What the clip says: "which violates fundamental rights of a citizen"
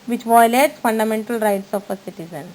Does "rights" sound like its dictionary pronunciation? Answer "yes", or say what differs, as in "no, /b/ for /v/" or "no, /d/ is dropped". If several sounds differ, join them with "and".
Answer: yes